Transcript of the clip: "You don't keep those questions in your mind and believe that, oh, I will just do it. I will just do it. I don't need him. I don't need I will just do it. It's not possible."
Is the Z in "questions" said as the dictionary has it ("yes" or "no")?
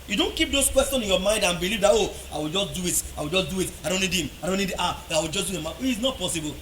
no